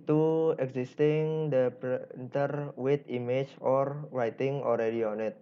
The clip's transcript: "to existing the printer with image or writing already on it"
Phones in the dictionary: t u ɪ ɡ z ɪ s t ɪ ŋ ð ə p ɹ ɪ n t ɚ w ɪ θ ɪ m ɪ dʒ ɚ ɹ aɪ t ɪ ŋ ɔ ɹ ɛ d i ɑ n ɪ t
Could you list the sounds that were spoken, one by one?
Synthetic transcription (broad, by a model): t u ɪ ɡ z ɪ s t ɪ ŋ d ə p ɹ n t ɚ w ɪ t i m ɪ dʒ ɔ ɹ aɪ t ɪ ŋ ɔ ɹ ɛ d i ɑ n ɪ t